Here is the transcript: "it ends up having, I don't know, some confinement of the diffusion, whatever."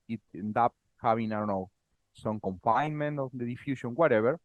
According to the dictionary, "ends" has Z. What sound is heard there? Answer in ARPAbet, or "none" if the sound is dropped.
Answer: none